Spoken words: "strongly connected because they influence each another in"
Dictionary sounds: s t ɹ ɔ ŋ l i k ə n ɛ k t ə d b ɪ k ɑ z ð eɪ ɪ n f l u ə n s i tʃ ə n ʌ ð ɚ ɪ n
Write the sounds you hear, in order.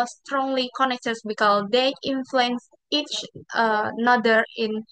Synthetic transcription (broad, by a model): s t ɹ ɔ ŋ l i k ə n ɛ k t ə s b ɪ k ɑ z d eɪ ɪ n f l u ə n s i tʃ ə n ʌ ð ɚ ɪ n